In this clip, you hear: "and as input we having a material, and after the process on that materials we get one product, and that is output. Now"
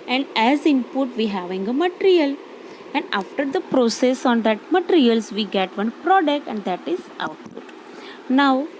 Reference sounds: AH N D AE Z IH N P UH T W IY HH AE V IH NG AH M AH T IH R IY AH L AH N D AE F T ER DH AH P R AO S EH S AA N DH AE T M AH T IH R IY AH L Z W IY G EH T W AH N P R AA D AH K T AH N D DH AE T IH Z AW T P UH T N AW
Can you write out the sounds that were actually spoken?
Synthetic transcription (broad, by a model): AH N D AE Z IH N P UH T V IY HH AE V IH NG AH M AH T IH R IY AH L AH N D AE F T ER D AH P R AO S EH S AA N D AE T M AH T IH R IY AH L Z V IY G EH T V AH N P R AA D AH K T AH N D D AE T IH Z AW T P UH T N AW